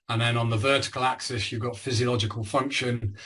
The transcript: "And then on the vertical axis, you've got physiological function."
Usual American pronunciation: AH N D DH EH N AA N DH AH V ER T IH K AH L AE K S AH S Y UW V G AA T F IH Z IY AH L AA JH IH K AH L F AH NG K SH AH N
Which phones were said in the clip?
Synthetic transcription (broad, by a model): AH N DH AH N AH N DH AH V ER T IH K AH L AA K S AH S Y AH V G AA T F IH Z IY AH L AA JH IH K AH L F AH NG K SH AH N